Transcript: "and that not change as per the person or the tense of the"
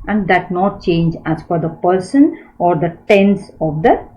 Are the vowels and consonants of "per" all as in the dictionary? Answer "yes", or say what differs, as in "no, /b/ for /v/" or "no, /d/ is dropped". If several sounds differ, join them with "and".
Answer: no, /f/ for /p/